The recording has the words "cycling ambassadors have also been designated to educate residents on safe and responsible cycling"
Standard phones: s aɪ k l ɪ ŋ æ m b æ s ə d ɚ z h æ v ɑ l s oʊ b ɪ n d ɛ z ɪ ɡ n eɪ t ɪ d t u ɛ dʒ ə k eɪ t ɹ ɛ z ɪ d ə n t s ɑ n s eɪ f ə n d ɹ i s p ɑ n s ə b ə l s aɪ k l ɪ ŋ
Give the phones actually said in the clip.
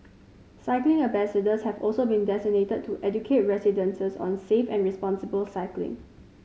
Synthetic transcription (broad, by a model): s aɪ k l ɪ ŋ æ b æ s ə d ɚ s h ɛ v ɑ l s oʊ b ɪ n d ɛ s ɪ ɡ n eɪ t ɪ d t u ɛ dʒ ə k eɪ t ɹ ɛ s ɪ d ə n s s ɑ n s eɪ f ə n ɹ i s p ɑ n s ə b ə l s aɪ k l ɪ ŋ